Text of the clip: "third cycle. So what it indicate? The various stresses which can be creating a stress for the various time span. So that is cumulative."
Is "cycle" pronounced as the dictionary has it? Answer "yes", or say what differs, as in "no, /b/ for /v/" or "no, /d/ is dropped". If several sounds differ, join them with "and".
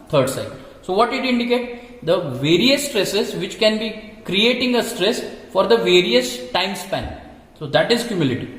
no, /k/ is dropped